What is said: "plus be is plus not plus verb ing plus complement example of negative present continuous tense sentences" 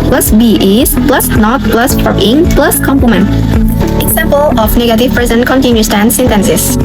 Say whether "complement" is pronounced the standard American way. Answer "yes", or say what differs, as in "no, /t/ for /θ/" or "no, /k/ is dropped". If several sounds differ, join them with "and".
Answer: no, /l/ is dropped